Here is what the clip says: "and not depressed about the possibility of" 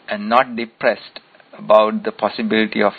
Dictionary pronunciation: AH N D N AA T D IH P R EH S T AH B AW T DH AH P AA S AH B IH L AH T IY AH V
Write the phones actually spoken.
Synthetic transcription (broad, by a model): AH N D N AA T D IH P R EH S T AH B AW T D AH P AA S AH B IH L AH T IY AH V